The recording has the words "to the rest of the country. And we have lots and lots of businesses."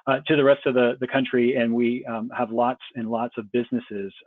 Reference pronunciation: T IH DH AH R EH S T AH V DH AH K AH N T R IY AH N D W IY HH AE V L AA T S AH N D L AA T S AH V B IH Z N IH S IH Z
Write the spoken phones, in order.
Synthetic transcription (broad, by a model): T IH DH AH R EH S T AH V DH AH K AH N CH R IY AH N W IY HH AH V L AA T S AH N L AA T S AH V B IH Z N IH S IH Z